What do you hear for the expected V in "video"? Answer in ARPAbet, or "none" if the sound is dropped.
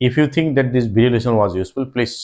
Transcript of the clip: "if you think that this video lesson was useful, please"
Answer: B